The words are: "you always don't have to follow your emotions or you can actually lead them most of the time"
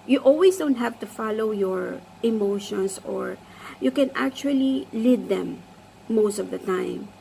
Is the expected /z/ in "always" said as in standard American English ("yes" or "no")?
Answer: no